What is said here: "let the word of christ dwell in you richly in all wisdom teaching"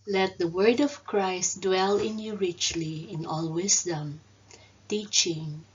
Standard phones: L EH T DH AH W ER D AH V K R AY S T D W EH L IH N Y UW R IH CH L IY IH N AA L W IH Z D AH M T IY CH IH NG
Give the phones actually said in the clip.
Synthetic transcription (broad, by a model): L EH T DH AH W ER D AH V K R AY S T D W EH L IH N Y UW R IH CH L IY IH N AA L W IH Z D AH M T IY CH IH NG